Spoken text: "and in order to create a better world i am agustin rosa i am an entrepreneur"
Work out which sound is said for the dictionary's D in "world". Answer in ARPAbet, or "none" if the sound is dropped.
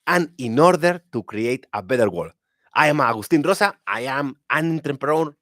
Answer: none